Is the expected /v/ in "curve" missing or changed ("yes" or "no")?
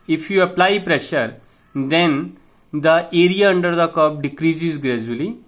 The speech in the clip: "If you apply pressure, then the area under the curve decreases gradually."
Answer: yes